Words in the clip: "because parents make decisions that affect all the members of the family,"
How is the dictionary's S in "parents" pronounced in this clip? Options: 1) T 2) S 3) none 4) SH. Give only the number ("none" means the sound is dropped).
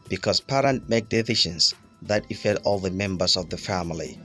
3